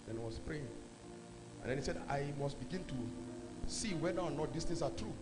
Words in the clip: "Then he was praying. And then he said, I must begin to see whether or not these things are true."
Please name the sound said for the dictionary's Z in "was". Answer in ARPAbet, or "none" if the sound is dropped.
S